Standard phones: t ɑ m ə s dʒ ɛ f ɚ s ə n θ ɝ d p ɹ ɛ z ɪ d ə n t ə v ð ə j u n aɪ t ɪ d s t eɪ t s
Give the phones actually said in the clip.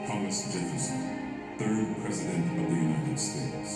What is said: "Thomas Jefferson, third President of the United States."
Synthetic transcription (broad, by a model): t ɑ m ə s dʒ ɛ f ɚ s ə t θ ɝ d p ɹ ɛ z ɪ d ə n t ə v ð ə j u n aɪ t ɪ d s t eɪ t s